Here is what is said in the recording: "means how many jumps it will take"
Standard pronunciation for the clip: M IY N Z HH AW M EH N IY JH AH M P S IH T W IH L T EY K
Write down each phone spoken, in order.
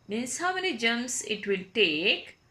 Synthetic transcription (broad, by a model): M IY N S HH AW M EH N IY JH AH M S IH T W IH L T EY K